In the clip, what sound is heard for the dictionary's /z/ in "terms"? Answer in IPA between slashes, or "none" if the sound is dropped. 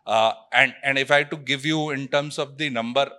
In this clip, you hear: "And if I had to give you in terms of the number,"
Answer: /s/